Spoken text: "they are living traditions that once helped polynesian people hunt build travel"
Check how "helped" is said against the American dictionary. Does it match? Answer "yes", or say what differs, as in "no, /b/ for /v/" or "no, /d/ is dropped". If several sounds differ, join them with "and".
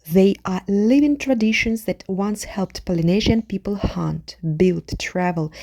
yes